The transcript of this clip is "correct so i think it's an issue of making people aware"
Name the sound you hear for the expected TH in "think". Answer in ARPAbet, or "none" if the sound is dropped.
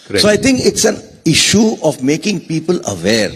T